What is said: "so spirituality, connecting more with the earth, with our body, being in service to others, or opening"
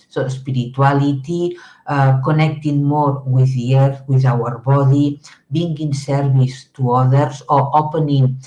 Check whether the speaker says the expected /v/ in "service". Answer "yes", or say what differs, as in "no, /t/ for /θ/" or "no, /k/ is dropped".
no, /b/ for /v/